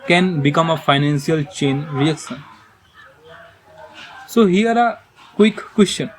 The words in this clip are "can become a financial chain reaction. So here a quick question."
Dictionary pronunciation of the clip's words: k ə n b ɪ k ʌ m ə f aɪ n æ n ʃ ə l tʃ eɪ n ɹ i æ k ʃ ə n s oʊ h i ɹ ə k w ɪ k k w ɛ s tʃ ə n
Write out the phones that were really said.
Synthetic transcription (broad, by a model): k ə n b ɪ k ʌ m ə f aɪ n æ n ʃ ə l tʃ eɪ n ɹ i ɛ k s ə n s oʊ h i ɹ ə k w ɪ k k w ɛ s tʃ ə n